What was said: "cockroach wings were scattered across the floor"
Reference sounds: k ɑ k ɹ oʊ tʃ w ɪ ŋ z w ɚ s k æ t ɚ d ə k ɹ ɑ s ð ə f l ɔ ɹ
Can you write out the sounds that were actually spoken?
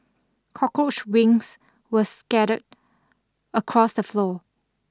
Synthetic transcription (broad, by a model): k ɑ k oʊ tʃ w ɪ ŋ s w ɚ s k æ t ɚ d ə k ɹ ɑ s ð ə f l ɔ